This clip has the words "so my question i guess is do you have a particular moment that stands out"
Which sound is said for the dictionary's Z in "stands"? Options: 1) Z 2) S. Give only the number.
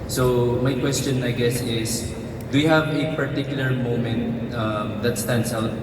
2